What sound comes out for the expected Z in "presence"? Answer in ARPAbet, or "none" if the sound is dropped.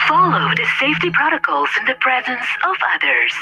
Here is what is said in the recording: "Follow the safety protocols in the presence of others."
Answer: Z